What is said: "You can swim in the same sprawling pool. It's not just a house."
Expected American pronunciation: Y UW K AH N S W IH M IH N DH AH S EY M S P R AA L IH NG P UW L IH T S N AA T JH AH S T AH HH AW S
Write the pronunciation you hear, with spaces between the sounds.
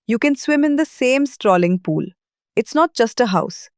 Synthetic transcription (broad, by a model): Y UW K AH N S W IH M IH N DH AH S EY M S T R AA L IH NG P UW L IH T S N AA T JH AH S T AH HH AW S